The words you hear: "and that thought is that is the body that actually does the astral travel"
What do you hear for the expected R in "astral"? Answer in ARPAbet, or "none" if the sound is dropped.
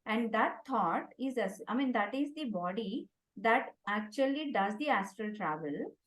R